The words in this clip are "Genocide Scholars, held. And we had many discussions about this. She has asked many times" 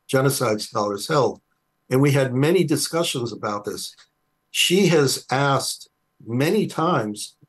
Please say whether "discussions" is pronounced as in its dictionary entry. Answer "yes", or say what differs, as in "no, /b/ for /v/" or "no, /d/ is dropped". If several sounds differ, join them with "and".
yes